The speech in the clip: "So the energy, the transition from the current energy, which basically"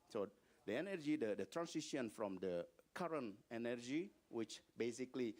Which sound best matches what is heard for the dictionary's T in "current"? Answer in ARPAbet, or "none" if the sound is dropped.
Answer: T